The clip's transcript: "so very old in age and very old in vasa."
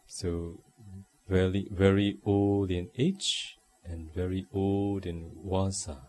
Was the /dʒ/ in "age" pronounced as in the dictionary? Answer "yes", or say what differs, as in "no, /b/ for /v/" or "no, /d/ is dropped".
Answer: no, /tʃ/ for /dʒ/